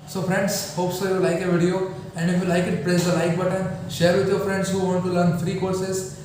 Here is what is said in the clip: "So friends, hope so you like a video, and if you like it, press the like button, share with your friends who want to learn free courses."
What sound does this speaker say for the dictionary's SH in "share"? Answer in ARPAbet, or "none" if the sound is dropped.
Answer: SH